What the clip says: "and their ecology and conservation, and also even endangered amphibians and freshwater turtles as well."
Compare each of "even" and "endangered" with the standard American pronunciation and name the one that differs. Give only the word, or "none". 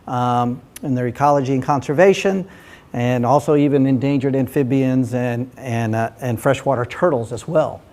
none